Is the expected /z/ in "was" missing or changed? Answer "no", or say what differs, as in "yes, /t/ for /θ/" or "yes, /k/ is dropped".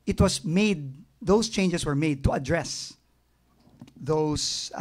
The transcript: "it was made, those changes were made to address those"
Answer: yes, /s/ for /z/